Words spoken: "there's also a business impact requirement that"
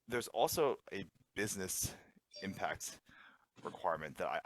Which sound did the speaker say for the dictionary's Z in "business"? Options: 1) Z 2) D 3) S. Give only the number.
1